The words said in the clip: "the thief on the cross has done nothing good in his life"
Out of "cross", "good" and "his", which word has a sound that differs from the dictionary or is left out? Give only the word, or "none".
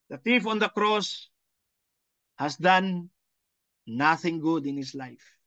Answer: his